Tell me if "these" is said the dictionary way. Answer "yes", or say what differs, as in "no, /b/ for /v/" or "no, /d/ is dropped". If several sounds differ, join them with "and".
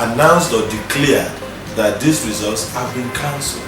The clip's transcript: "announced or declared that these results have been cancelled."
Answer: no, /s/ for /z/